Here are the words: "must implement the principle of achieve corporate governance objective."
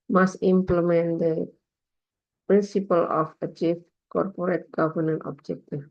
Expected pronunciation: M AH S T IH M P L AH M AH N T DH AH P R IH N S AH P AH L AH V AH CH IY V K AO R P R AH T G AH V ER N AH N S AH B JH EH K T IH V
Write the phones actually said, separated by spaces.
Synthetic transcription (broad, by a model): M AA S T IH M P L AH M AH N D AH P R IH N S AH P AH L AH F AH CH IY F K AO R P R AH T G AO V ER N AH N AH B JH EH K T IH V